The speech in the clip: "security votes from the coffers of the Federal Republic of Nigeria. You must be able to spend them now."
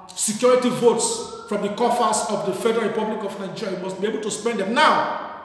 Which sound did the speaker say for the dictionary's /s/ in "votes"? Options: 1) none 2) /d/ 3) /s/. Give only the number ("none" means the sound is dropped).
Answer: 3